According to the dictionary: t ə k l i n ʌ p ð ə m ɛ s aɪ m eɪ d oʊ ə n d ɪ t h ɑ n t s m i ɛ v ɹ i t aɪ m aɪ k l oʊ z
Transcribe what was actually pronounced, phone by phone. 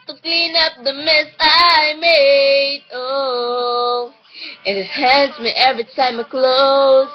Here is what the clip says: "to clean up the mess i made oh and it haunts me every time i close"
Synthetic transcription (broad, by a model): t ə k l i n ʌ p ð ə m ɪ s aɪ m eɪ d oʊ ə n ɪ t h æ n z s m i ɛ v ɹ i t aɪ m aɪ k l oʊ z